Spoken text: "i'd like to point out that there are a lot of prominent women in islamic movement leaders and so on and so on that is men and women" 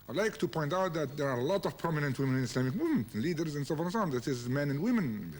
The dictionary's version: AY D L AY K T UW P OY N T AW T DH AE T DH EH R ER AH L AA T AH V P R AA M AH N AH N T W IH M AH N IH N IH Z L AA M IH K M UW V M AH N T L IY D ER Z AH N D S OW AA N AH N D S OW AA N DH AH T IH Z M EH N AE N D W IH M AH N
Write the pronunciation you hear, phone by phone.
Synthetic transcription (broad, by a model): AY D L AY K T UW P OY N T AW T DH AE T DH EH R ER AH L AA T AH V P R AA M AH N AH N T W IH M AH N IH N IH S L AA M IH K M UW M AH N L IY D ER Z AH N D S OW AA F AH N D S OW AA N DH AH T IH Z M EH N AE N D W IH M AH N